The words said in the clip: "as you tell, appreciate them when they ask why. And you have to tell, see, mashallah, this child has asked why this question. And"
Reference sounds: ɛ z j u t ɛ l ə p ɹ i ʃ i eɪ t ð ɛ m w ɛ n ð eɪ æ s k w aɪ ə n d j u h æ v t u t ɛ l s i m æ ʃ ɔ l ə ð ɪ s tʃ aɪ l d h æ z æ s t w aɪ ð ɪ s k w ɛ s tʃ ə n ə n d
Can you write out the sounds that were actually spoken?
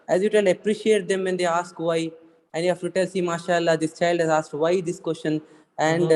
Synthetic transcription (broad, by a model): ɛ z j u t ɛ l ə p ɹ i ʃ i eɪ t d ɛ m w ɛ n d eɪ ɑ s k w aɪ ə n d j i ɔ f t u t ɛ l s i m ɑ ʃ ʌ l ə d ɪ s tʃ aɪ l d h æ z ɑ s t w aɪ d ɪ s k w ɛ s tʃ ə n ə n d